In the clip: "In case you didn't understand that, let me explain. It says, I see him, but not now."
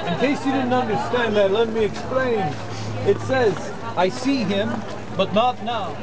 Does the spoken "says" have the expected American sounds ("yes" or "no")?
yes